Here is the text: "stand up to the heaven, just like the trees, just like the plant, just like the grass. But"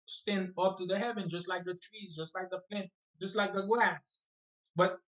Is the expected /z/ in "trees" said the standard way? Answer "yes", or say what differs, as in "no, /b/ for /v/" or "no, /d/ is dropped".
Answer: yes